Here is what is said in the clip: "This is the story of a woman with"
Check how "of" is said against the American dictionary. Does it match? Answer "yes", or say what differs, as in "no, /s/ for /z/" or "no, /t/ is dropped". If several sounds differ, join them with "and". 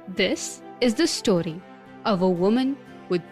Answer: yes